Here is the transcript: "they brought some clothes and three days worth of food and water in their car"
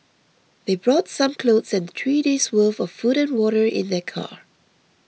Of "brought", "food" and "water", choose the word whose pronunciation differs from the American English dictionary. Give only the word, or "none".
none